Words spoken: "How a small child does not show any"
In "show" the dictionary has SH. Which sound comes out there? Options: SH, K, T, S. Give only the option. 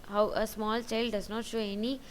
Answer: SH